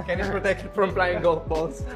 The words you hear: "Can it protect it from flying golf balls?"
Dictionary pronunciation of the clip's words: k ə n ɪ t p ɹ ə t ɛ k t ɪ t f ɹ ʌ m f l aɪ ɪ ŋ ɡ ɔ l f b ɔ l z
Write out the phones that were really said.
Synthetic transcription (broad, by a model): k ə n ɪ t p ɹ ə t ɛ k t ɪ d f ɹ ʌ m p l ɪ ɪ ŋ ɡ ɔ l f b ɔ l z